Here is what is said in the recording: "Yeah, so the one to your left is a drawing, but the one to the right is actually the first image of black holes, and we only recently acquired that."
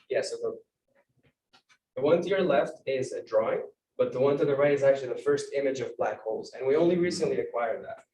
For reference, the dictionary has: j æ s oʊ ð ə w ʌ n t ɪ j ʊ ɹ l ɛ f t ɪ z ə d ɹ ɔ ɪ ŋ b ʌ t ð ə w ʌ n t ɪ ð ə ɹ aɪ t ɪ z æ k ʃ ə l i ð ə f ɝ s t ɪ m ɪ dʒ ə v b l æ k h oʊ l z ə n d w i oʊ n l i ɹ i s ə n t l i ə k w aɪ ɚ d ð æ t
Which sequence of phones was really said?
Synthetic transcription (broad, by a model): j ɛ s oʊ ð ə w ʌ n t ɪ j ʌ ɹ l ɛ f t ɪ z ə d ɹ ɔ ɪ ŋ b ʌ t ð ə w ʌ n t ɪ ð ə ɹ aɪ t ɪ z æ k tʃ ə l i ð ə f ɝ s t ɪ m ɪ dʒ ə v b l æ k h oʊ l z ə n w i oʊ n l i ɹ i s ə n t l i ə k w aɪ ɚ ð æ t